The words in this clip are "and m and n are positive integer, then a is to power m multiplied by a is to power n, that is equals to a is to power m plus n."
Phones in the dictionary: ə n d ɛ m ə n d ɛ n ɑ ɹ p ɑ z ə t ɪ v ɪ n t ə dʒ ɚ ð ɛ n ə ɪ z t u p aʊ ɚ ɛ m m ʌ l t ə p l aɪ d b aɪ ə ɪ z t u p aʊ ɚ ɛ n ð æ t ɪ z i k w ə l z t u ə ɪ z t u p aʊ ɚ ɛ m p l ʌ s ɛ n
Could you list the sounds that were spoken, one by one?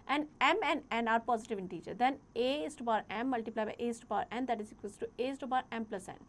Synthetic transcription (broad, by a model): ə n d ɛ m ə n ɛ n ɑ ɹ p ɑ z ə t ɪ v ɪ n t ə tʃ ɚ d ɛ n ə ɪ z t u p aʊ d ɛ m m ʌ l t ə p l aɪ b aɪ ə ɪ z t u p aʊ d ɛ n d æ t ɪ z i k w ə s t t u ə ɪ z t u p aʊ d ɛ m p l ʌ s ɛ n